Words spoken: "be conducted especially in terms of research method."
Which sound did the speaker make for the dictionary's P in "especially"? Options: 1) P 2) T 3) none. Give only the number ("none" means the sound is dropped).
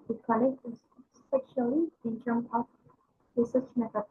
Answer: 3